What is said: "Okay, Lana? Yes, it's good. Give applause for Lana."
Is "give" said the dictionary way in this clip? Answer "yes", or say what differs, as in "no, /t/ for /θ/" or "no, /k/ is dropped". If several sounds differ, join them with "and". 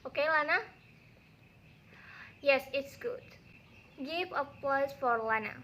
no, /p/ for /v/